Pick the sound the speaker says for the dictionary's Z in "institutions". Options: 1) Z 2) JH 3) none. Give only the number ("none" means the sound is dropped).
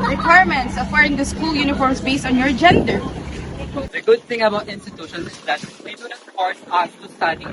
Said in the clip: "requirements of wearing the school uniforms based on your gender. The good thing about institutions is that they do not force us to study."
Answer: 3